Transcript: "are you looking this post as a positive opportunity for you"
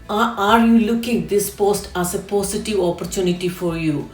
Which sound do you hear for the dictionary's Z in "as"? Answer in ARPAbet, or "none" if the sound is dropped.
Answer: S